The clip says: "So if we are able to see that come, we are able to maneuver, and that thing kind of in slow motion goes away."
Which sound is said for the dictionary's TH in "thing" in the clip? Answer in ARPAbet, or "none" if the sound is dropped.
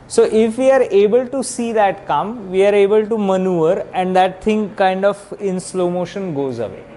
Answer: T